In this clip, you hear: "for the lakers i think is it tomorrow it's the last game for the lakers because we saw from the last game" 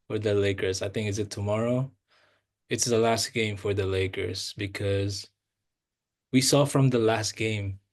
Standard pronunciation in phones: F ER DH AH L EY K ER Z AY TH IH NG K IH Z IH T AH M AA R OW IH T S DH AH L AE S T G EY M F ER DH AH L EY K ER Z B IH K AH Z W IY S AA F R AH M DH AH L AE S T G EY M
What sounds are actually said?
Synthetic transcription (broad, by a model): F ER DH AH L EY K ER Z AY TH IH NG K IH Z IH T AH M AA R OW IH T S DH AH L AE S T G EY M F ER DH AH L EY K ER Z B IH K AH Z W IY S AA F R AH M DH AH L AE S T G EY M